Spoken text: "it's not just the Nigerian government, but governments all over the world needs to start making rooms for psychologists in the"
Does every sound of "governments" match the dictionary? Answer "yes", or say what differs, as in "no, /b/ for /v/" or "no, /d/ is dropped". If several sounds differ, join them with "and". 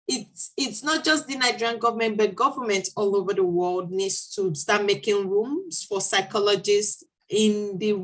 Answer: no, /s/ is dropped